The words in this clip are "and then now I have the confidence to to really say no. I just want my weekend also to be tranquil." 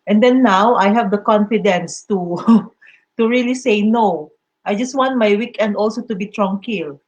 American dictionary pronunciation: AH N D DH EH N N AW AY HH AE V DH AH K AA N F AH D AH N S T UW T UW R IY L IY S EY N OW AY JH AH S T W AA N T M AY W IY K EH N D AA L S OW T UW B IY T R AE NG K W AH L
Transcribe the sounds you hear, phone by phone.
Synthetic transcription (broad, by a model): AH N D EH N N AW AY HH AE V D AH K AA N F AH D AH N S T UW T UW R IY L IY S EY N OW AY JH AH S T W AA N T M AY W IY K EH N D AA L S OW T UW B IY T R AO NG K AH L